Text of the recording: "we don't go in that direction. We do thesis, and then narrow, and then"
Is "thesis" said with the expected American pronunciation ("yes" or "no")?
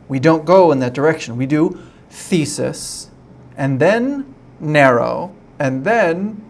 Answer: yes